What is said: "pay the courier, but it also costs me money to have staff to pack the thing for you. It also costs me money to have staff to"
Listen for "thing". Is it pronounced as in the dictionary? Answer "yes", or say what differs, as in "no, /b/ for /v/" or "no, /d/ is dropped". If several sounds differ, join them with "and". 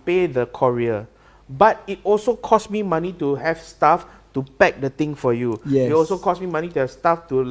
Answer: no, /t/ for /θ/